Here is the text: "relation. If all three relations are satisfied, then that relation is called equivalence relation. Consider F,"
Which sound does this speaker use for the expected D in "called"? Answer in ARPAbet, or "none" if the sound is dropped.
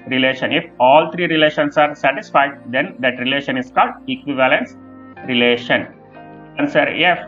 D